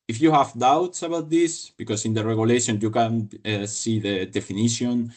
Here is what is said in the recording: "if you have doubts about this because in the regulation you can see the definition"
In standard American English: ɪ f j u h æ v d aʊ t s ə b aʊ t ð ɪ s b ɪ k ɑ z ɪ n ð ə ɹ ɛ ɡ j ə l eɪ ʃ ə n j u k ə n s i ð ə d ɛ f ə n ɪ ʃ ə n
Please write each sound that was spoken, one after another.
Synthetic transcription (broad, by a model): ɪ f j u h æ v d aʊ t s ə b aʊ t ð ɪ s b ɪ k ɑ s ɪ n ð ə ɹ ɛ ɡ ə l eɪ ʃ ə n j u k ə n s i ð ə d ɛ f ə n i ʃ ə n